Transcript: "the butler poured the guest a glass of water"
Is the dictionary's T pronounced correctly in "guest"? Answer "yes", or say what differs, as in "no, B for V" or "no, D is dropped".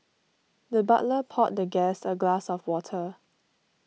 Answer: no, T is dropped